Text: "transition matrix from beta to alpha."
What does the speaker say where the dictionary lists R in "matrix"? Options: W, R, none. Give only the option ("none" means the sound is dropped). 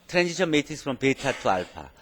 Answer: none